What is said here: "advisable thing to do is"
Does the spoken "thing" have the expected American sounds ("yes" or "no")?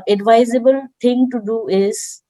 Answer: no